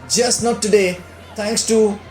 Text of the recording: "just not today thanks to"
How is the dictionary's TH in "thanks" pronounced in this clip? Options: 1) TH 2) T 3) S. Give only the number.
2